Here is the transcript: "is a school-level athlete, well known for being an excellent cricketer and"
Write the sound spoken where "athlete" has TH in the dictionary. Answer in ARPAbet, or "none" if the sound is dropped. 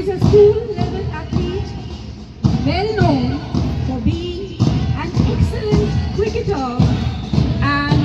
T